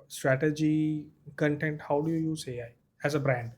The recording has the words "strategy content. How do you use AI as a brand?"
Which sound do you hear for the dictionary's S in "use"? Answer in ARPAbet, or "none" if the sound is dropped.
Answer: S